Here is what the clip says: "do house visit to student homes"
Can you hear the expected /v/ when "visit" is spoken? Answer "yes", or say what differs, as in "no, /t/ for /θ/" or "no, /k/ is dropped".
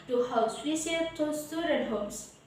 no, /w/ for /v/